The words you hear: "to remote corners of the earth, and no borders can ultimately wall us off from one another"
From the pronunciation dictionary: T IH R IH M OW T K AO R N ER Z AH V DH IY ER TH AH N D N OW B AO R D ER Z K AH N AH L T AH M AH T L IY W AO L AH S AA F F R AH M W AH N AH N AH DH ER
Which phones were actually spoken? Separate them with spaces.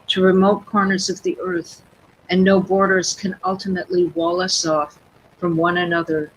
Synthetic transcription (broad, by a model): T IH R IH M OW T K AO R N ER Z AH V DH IY ER TH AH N N OW B AO R D ER Z K AH N AH L T AH M AH T L IY W AO L AH S AA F F R AH M W AH N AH N AH DH ER